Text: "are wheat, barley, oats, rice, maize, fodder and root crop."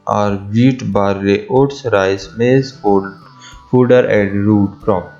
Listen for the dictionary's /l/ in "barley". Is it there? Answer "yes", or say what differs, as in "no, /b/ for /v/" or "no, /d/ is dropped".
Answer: no, /l/ is dropped